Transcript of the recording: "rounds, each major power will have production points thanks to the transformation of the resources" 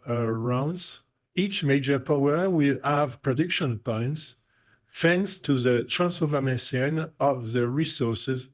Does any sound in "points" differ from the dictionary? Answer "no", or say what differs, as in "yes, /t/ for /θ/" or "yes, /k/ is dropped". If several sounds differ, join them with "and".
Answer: no